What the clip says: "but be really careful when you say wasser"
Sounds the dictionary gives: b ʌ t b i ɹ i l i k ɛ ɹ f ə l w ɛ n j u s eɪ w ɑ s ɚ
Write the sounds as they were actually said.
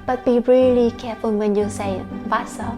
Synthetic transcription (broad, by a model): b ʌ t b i ɹ i l i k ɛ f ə n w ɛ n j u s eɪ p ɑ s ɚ